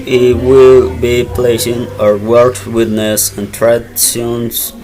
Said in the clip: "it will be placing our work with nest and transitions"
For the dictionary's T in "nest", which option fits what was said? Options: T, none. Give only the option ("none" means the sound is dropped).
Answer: none